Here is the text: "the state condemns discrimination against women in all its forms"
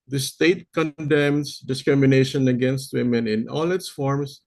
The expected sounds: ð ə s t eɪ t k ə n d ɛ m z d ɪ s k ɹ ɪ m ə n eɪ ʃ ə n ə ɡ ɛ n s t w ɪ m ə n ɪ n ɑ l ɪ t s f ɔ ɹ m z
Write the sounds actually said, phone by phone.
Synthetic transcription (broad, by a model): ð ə s t eɪ t k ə n d ɛ m s d ɪ s k ɹ ɪ m ə n eɪ ʃ ə n ə ɡ ɛ n s t w ɪ m ə n ɪ n ɑ l ɪ t s f ɔ ɹ m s